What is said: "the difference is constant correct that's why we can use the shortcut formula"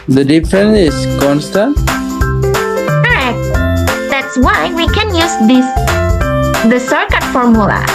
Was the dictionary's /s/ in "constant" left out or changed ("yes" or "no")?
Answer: no